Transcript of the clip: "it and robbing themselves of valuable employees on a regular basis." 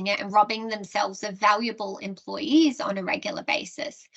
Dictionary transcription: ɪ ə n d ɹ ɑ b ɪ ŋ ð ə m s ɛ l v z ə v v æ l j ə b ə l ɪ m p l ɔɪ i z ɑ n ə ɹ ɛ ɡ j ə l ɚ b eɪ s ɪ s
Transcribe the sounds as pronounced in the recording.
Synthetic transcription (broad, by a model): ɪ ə n ɹ ɑ b ɪ ŋ ð ə m s ɛ l v z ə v v æ l j ə b ə l ɪ m p l ɔɪ i z n ə ɹ ɛ ɡ j l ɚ b eɪ s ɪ s